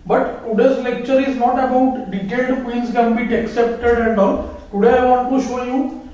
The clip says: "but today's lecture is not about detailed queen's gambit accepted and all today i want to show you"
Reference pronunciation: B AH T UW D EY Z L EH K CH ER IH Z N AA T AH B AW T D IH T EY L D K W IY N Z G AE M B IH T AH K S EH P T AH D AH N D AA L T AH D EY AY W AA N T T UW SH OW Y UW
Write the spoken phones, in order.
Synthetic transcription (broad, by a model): B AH T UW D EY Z L EH K CH ER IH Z N AA T AH B AW T D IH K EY D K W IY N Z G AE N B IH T AH K S EH P T AH D AH N D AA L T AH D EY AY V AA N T T UW SH OW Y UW